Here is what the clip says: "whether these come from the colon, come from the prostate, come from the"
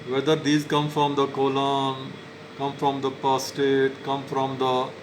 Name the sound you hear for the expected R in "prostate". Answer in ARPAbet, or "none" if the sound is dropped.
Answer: none